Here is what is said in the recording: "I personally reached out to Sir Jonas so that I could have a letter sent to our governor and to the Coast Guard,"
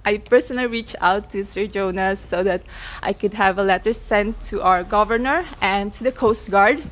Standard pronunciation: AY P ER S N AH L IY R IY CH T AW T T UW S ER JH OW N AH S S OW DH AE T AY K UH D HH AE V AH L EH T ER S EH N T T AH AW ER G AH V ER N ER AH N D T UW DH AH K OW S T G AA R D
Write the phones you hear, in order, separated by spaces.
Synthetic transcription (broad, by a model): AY P ER S N AH L IY R IY CH AW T T UW S ER JH OW N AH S S OW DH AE T AY K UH D HH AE V AH L EH T ER S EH N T T AH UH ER G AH V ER N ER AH N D T UW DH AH K OW S T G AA R D